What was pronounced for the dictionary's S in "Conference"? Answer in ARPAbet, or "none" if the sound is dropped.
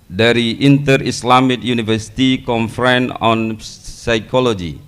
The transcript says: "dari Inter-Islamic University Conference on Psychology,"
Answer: none